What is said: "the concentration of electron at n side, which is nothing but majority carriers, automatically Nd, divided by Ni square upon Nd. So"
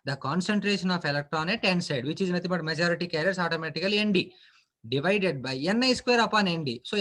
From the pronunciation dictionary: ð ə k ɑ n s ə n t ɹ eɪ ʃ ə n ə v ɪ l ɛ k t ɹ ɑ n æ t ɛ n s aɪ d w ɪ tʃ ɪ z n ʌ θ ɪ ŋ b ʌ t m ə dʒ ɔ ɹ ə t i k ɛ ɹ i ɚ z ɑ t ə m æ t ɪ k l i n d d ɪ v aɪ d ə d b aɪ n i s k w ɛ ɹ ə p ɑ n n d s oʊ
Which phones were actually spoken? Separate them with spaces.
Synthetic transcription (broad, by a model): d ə k ɑ n s ə n t ɹ eɪ ʃ ə n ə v ɪ l ɛ k t ɹ ɑ n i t ɛ n s aɪ d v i tʃ ɪ z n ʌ t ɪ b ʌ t m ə dʒ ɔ ɹ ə t i k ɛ ɹ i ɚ s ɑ t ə m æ t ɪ k l i n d d ɪ v aɪ d ə d b aɪ n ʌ s k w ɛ ɹ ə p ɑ n n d s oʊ